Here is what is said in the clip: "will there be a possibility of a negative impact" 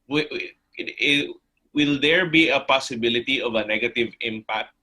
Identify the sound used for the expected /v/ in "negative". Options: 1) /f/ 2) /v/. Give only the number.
2